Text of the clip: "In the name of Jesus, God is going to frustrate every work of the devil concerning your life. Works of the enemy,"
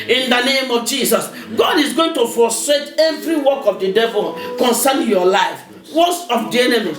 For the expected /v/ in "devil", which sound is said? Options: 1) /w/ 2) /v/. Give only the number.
2